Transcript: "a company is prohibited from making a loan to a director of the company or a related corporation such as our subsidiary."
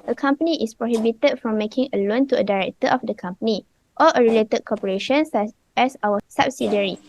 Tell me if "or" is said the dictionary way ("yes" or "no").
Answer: no